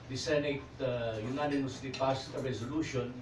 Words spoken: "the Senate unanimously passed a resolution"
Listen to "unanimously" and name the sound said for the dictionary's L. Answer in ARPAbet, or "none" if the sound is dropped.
none